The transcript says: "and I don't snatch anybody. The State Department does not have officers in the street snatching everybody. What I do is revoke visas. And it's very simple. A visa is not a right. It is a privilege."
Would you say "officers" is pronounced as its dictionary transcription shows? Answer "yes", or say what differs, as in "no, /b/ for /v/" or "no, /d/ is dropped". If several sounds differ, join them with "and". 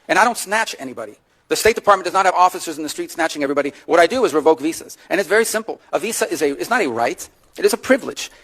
yes